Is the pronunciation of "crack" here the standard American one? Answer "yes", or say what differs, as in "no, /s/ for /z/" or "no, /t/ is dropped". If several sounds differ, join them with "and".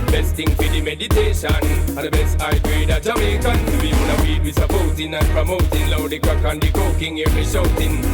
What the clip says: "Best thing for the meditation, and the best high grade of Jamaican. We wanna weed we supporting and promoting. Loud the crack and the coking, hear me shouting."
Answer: no, /ɹ/ is dropped